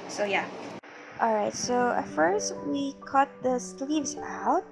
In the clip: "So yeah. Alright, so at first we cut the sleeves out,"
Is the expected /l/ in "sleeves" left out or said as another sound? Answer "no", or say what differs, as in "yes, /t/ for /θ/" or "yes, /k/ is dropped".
no